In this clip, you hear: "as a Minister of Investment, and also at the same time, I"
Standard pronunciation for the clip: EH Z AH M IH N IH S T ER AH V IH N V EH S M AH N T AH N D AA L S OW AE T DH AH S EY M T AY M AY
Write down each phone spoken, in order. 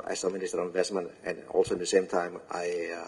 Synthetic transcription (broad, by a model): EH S AH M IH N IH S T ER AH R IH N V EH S M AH N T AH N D AA L S OW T DH AH S EY M T AY M AY